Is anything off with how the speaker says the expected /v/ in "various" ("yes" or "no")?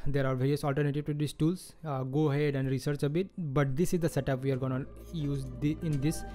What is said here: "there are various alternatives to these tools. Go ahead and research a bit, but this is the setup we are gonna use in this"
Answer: no